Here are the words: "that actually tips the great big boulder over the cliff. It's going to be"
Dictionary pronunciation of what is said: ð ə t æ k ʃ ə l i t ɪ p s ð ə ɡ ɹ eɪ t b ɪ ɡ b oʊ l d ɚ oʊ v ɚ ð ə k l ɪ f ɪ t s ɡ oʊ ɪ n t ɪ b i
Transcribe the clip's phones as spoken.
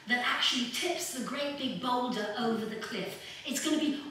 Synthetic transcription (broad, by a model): ð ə t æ k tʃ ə l i t ɪ p s ð ə ɡ ɹ eɪ t b ɪ ɡ b oʊ l d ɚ oʊ v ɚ ð ə k l ɪ f ɪ t s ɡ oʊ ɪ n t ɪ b i